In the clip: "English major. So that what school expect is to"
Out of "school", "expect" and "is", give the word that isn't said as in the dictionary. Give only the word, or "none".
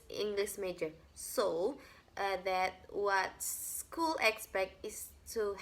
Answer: is